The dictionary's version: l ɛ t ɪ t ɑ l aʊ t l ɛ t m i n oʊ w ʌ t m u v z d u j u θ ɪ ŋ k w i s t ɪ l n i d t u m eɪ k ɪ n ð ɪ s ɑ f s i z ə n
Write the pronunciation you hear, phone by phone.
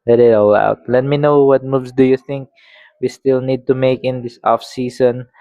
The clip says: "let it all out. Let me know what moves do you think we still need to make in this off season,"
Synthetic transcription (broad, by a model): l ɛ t ɪ t ɑ l aʊ t l ɛ t m i n oʊ w ʌ t m u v s d u j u θ ɪ ŋ k w i s t ɪ l n i d t u m eɪ k ɪ n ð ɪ s ɑ f s i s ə n